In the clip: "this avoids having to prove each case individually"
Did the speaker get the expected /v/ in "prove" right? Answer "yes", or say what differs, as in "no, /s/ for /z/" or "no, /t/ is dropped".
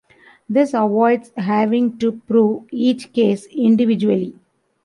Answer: yes